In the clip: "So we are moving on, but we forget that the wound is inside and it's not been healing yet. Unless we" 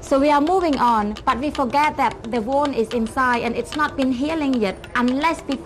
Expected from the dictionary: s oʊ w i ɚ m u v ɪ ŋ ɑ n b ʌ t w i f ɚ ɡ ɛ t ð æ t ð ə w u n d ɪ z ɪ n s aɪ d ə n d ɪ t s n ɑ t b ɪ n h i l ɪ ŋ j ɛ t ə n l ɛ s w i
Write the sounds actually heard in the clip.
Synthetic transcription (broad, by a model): s oʊ w i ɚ m u v ɪ ŋ ɑ n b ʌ t w i f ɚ ɡ ɛ t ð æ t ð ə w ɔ n ɪ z ɪ n s aɪ d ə n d ɪ t s n ɑ t b ɪ n h i l ɪ ŋ j ɛ t ə n l ɛ s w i